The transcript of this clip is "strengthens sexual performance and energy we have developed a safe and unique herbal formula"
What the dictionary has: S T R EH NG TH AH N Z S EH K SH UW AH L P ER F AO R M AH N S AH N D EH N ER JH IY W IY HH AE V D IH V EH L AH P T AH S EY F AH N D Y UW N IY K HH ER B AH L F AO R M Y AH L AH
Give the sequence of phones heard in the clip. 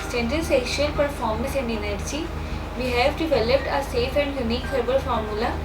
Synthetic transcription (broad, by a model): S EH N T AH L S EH SH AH L P ER F AO R M AH N S AH N D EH N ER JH IY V IY HH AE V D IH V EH L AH P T AH S EY F AH N D Y UW N IY K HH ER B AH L F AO R M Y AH L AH